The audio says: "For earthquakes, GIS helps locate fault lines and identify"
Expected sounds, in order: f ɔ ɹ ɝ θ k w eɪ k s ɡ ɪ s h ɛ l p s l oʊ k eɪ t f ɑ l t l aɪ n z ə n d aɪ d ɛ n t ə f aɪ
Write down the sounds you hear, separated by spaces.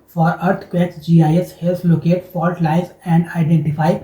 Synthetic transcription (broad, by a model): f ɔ ɹ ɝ t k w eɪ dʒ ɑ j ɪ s h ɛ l s l oʊ k eɪ t f ɑ l t l aɪ z ə n d aɪ d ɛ n t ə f aɪ